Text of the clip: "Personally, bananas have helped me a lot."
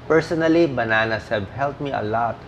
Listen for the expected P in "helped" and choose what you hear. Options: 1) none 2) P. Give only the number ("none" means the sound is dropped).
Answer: 1